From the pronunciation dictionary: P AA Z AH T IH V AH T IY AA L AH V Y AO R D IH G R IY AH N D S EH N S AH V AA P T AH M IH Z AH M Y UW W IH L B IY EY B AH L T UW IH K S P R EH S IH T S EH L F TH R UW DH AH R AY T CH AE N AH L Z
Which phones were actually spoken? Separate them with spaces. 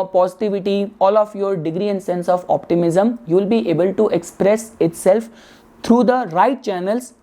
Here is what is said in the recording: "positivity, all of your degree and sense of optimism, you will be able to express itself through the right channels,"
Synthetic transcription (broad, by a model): P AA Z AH T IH V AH T IY AA L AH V Y AO R D IH G R IY AH N D S EH N S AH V AA P T AH M IH Z AH M Y UW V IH L B IY EY B AH L T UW IH K S P R EH S IH T S EH L F T R UW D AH R AY T CH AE N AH L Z